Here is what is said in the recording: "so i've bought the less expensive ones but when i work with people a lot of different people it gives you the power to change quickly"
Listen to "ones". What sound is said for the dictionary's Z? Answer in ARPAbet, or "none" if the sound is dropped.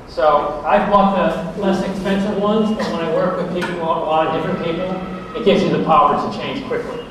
Z